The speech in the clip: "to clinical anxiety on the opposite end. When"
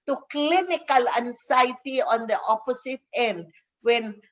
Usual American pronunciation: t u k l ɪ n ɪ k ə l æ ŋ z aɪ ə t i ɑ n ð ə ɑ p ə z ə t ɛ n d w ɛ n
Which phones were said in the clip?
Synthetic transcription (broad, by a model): t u k l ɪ n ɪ k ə l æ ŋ s aɪ t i ɑ n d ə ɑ p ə s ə t ɛ n d w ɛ n